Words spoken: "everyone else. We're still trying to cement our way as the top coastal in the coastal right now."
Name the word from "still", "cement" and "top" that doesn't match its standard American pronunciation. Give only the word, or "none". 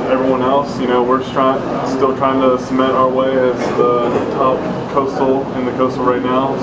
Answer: cement